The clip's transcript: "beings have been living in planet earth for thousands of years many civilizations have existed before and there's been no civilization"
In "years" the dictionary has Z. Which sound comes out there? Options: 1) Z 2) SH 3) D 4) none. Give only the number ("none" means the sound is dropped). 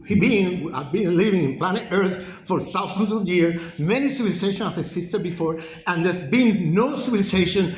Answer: 4